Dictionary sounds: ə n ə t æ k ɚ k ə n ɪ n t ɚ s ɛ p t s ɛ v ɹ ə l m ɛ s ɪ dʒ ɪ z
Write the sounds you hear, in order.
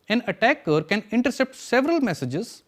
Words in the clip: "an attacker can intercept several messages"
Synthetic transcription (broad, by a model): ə n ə t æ k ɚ k ə n ɪ n t ɚ s ɛ p t s ɛ v ɹ ə l m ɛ s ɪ dʒ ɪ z